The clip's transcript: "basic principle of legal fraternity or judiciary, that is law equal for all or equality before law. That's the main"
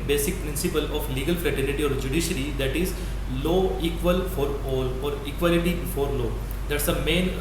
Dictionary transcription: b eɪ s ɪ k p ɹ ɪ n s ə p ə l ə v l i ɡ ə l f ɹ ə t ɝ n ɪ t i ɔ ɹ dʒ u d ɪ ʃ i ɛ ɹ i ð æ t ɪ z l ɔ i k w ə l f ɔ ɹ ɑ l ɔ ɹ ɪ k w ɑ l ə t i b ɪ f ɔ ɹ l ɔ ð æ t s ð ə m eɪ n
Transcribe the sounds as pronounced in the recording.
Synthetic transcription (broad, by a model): b eɪ s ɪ k p ɹ ɪ n s ə p ə l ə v l i ɡ ə l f l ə t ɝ l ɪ t i ɔ ɹ dʒ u d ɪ ʃ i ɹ i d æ t ɪ z l ɔ i k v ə l f ɔ ɹ ɑ l ɔ ɹ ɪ k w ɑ l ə t i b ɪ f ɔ ɹ l ɔ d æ t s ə m eɪ n